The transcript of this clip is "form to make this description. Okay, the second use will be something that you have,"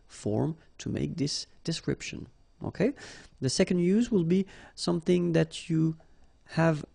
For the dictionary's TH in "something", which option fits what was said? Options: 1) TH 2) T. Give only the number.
1